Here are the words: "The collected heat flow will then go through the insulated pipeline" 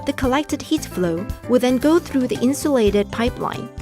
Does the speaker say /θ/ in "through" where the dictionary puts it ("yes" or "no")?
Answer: yes